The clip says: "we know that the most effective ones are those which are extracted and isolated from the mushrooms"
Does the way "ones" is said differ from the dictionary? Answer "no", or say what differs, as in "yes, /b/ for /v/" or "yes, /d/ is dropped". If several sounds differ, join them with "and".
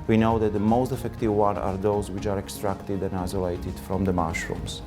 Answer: yes, /z/ is dropped